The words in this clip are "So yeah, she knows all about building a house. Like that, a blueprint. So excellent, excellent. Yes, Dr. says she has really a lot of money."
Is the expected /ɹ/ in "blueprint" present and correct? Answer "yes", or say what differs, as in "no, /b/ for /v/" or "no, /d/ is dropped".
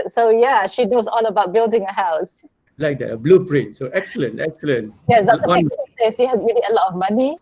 yes